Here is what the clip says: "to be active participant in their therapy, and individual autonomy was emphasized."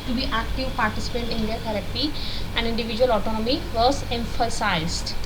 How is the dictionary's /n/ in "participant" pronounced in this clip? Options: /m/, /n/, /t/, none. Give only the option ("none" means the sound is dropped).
none